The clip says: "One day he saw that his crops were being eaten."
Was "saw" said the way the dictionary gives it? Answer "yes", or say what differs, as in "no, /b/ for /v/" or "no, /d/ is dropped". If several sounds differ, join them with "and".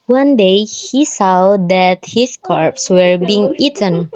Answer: yes